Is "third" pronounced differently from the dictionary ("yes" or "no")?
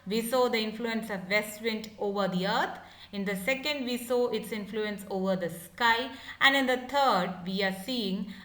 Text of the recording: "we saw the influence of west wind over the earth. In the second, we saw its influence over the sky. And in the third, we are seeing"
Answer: yes